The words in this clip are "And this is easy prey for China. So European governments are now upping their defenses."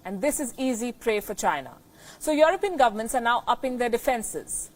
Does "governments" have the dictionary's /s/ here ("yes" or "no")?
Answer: yes